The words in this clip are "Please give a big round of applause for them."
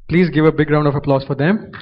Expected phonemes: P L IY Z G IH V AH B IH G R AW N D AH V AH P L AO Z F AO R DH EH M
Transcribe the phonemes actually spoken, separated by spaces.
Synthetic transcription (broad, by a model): P L IY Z G IH V AH B IH G R AW N D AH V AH P L AO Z F AO R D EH M